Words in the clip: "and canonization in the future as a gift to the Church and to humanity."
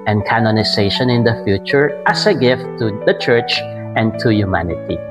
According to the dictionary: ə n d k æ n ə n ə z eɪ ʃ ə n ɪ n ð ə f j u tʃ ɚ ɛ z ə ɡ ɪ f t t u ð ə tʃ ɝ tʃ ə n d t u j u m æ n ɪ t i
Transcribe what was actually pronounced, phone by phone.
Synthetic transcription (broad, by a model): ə n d k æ n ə n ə s eɪ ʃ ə n ɪ n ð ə f j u tʃ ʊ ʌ s ə ɡ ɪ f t t u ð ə tʃ ɝ tʃ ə n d t u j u m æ n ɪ t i